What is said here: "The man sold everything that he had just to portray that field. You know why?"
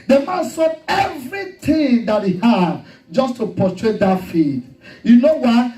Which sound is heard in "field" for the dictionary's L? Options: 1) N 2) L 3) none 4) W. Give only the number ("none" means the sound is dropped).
3